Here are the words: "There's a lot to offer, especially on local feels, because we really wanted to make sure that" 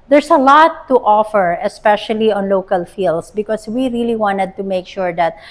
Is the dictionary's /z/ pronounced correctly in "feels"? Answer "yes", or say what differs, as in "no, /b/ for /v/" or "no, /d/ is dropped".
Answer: no, /s/ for /z/